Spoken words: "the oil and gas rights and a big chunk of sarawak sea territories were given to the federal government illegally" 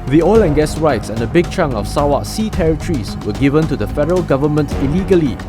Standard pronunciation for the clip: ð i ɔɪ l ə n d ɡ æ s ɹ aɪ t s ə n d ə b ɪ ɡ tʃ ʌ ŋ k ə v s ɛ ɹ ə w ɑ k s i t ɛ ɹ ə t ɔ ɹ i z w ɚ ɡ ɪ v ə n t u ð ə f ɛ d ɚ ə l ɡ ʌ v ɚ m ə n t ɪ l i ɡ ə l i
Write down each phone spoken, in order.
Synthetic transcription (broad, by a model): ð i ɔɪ l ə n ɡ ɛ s ɹ aɪ t s ə n d ə b ɪ ɡ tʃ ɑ ŋ ə f s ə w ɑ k s i t ɛ ɹ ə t ɹ i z w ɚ ɡ ɪ v ə n t u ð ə f ɛ d ɚ ə l ɡ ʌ v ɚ m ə n t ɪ l i ɡ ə l i